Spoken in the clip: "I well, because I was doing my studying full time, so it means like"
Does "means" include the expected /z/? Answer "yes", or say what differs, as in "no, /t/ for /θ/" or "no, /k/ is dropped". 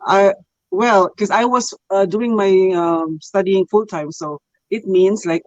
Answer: no, /s/ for /z/